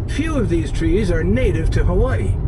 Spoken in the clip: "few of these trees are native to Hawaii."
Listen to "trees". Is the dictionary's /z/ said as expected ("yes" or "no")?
yes